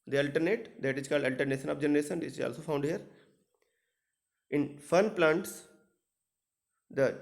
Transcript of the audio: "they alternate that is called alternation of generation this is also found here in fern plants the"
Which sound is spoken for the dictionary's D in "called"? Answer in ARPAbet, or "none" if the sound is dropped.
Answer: D